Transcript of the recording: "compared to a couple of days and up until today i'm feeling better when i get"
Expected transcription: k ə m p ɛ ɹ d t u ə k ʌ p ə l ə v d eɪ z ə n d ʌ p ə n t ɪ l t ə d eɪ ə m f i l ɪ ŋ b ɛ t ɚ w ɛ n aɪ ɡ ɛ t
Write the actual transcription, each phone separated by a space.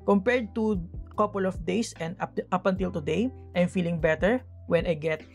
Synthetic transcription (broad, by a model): k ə m p ɛ ɹ d t u k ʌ p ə l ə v d eɪ s ə n d ʌ p ə n t ɪ l t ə d eɪ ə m f i l ɪ ŋ b ɛ t ɚ w ɛ n aɪ ɡ ɛ t